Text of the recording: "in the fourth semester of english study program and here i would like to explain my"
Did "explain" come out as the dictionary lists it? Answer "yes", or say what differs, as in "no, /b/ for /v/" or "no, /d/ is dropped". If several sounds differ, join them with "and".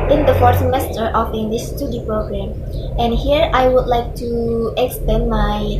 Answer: no, /l/ is dropped